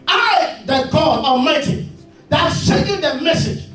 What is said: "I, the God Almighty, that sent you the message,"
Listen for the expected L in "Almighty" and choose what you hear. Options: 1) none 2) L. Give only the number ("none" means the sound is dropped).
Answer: 1